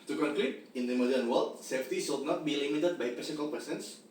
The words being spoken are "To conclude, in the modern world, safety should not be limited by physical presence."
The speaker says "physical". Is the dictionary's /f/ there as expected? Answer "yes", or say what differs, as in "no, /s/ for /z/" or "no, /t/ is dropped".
no, /p/ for /f/